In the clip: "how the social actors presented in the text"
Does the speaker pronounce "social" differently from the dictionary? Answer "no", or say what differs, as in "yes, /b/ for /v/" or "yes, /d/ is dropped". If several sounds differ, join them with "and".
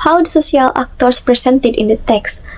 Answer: yes, /s/ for /ʃ/